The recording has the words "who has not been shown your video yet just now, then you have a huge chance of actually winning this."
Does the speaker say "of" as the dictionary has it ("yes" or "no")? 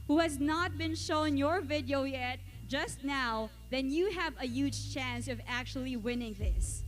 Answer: yes